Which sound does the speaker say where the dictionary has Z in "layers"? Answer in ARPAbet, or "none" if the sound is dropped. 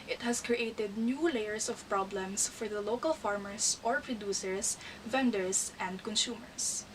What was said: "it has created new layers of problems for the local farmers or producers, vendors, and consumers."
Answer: S